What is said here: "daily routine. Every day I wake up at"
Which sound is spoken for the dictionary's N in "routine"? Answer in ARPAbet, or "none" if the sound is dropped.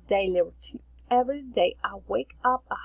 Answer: none